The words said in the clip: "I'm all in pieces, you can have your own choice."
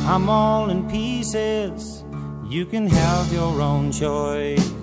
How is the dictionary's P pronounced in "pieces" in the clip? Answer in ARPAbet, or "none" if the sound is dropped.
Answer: P